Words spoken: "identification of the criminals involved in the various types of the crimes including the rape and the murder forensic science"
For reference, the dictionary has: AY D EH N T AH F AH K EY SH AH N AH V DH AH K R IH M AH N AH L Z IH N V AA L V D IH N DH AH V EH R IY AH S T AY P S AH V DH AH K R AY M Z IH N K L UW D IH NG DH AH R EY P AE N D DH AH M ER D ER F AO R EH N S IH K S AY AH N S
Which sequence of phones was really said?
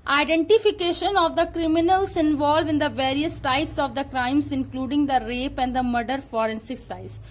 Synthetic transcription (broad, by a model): AY D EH N T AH F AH K EY SH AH N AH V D AH K R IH M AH N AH L S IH N V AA L V IH N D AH V EH R IY AH S T AY P S AH V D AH K R AY M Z IH N K L UW D IH NG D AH R EY P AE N D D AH M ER D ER F AO R EH N S IH K S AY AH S